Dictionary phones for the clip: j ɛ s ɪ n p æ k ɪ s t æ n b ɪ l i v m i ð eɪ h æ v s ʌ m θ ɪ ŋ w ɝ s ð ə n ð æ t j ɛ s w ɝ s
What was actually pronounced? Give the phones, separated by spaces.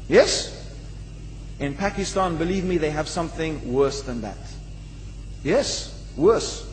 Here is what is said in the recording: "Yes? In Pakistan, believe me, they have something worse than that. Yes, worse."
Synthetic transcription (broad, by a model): j ɛ s ɪ n p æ k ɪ s t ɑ n b ɪ l i v m i ð eɪ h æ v s ʌ m θ ɪ ŋ w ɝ s ð ə n ð æ t j ɛ s w ɝ s